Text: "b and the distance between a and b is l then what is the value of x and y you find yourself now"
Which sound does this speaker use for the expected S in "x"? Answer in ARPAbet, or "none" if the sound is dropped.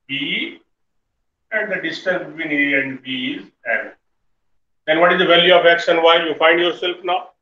SH